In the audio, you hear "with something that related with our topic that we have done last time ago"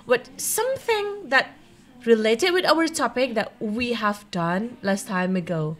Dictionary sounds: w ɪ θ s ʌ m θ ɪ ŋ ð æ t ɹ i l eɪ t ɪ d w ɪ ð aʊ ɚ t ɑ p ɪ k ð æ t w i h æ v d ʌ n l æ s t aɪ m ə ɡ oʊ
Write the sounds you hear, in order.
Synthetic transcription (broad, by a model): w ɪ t s ʌ m θ ɪ ŋ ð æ t ɹ i l eɪ t ɪ d w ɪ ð aʊ ɚ t ɑ p ɪ k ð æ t w i h æ v d ʌ n l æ s t aɪ m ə ɡ oʊ